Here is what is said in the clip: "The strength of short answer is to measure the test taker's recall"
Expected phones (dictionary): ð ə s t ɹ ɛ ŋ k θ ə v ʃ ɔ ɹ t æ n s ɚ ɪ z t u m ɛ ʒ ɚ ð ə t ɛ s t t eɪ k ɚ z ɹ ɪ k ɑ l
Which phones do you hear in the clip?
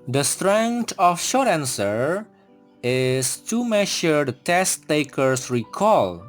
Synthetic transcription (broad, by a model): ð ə s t ɹ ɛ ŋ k t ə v ʃ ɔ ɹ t æ n s ɚ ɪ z t u m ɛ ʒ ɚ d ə t ɛ s t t eɪ k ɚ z ɹ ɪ k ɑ l